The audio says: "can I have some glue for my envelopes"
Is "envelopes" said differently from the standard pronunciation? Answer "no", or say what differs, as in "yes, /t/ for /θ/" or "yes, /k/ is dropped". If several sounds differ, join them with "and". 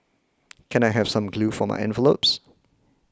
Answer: no